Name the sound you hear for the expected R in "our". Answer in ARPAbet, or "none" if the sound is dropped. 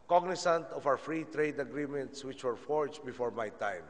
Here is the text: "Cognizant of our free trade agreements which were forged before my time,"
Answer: W